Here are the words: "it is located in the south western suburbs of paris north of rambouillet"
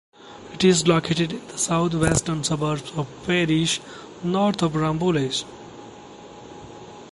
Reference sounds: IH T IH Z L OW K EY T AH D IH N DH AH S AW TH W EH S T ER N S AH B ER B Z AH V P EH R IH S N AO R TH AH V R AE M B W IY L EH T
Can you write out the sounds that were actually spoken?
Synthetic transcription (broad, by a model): IH T IH Z L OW K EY T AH D IH N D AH S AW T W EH S T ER N S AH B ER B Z AH V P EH R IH SH N AO R T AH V R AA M B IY L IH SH